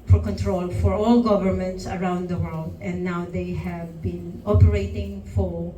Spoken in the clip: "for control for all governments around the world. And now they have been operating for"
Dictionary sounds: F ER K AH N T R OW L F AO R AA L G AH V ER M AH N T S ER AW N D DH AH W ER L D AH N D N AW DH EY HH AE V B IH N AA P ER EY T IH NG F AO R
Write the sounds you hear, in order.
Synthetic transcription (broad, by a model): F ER K AH N T R OW L F AO R AA L G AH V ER M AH N T S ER AW N D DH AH W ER L D AH N D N AW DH EY HH AE V B IH N AA P ER EY T IH NG F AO R